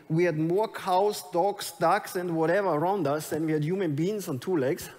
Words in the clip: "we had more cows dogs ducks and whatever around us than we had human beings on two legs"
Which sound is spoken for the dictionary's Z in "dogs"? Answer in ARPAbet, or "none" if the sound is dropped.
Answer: S